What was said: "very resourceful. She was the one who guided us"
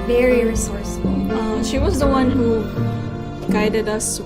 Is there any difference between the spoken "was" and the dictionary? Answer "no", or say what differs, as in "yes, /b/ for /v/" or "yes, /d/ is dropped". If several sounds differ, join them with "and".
no